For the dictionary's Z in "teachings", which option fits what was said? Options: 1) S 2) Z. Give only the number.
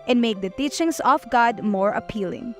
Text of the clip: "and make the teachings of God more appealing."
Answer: 1